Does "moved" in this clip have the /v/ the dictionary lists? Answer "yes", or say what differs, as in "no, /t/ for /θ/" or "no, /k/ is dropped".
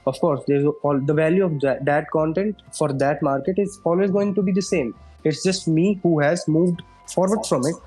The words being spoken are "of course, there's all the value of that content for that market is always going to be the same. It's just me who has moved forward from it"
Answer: yes